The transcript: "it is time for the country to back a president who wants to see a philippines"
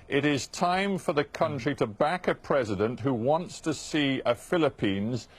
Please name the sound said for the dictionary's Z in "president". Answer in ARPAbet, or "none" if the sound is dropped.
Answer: Z